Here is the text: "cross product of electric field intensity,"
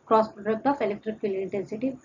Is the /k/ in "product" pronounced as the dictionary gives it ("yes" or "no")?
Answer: no